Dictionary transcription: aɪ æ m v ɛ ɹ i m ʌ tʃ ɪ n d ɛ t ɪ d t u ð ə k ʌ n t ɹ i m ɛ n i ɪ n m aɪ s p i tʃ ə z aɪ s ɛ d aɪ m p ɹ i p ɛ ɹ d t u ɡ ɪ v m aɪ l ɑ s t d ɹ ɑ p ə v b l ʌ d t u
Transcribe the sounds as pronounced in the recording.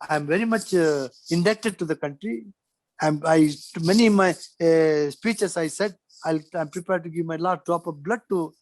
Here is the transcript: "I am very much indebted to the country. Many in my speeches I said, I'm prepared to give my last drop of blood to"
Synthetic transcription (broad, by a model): aɪ m v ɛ ɹ i m ʌ tʃ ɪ n d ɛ t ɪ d t u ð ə k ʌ n t ɹ i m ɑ i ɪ n m aɪ s p i tʃ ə s aɪ s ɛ d aɪ m p ɹ i p ɛ ɹ d t u ɡ ɪ v m aɪ l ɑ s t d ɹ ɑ p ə b l ʌ d t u